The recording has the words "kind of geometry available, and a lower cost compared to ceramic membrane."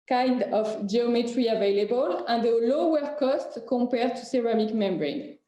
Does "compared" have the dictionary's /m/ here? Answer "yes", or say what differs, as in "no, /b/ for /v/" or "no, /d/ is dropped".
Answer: no, /m/ is dropped